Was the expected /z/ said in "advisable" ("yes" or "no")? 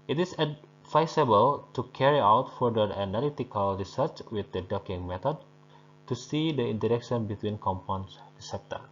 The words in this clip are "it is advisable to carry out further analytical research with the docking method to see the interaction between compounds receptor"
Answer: no